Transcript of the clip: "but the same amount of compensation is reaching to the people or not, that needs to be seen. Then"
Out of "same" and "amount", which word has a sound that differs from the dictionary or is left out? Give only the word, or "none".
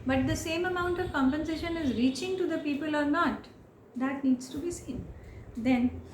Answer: none